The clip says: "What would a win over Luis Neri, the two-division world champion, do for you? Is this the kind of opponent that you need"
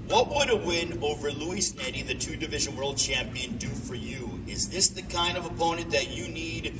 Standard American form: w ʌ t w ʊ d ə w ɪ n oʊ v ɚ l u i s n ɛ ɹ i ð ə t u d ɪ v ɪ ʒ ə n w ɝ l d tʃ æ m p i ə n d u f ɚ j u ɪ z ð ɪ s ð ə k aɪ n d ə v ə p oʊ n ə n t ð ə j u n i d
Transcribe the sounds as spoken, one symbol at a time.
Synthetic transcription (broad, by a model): w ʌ t w ʊ d ə w ɪ n oʊ v ɚ l u i s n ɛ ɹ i ð ə t u d ɪ v ɪ ʒ ə n w ɝ l d tʃ æ m p i ə n d u f ɚ j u ɪ z ð ɪ s ð ə k aɪ n d ə v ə p oʊ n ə n ð ə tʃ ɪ n i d